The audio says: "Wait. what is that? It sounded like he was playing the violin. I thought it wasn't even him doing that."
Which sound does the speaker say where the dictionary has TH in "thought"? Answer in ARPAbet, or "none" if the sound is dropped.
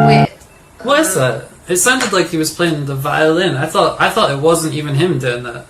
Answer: TH